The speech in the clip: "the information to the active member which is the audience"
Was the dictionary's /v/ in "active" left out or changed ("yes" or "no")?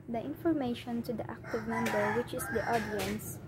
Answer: no